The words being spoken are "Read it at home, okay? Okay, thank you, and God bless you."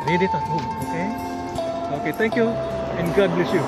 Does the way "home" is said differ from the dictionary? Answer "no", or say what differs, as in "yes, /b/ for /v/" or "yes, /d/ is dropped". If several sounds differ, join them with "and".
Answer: yes, /m/ is dropped